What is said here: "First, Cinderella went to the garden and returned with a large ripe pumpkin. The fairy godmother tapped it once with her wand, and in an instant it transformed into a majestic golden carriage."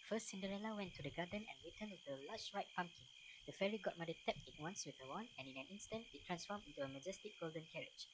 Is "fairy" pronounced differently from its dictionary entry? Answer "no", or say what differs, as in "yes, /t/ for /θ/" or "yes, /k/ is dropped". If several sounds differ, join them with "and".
no